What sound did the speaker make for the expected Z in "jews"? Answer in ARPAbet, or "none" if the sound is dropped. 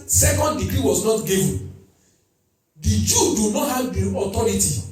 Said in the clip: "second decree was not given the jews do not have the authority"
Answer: none